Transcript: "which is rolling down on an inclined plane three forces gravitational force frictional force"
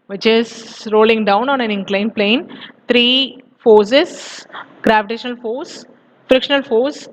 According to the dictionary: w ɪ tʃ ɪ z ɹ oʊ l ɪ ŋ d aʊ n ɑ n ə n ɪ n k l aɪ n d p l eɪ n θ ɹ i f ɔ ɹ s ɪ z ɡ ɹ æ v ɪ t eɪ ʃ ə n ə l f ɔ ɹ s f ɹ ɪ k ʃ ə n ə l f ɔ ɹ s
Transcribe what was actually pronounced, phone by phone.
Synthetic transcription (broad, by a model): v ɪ tʃ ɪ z ɹ oʊ l ɪ ŋ d aʊ n ɑ n ə n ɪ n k l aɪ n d p l eɪ n t ɹ i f ɔ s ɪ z ɡ ɹ æ v ɪ t eɪ ʃ ə n ə l f ɔ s f ɹ ɪ k ʃ ə n ə l f ɔ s